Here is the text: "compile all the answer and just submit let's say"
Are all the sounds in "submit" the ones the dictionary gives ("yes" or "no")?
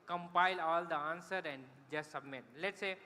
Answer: yes